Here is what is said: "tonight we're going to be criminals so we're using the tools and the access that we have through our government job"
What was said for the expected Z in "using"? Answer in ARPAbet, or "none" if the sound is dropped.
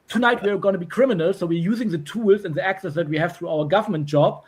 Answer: Z